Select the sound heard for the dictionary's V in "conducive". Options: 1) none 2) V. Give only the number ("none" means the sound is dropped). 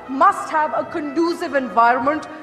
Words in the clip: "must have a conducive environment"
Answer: 2